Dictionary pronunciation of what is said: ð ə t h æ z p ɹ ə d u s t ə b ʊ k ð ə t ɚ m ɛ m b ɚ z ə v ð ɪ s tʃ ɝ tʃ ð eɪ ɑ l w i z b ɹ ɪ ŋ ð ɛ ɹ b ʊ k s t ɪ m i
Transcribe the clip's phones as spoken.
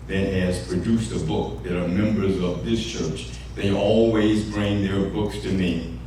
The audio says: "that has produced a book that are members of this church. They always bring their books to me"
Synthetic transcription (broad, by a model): ð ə t h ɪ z p ɹ ə d u s t ə b ʊ k ð ə t ɚ m ɛ m b ɚ z ə v ð ɪ s tʃ ɝ tʃ ð eɪ ɑ l w i z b ɹ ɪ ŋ ð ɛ ɹ b ʊ k s t ɪ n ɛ